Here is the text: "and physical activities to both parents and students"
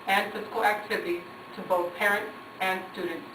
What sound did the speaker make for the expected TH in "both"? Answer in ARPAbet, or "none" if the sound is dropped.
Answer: TH